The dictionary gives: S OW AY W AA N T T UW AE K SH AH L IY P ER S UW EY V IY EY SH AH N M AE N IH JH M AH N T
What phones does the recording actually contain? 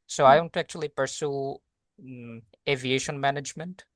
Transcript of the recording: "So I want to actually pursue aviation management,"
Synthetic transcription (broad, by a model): S OW AY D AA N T T UW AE K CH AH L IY P ER S UW EY V IY EY SH AH N M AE N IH JH M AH N T